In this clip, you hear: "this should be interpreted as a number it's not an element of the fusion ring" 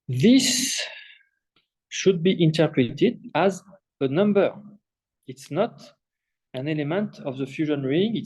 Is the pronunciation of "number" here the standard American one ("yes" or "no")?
yes